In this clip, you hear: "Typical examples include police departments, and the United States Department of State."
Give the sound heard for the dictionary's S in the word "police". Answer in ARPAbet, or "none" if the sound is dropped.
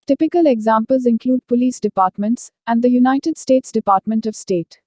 S